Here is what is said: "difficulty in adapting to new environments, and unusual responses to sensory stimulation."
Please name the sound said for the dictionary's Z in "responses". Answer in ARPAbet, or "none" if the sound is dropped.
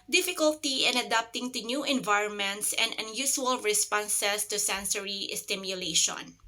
S